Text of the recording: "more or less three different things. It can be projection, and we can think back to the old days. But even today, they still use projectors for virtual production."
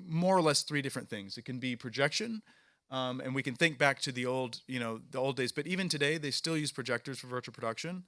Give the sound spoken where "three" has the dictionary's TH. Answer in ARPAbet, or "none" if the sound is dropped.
TH